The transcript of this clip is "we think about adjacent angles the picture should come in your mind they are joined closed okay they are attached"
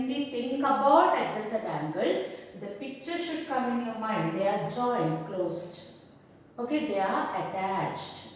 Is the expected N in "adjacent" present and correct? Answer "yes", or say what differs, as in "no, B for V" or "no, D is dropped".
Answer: no, N is dropped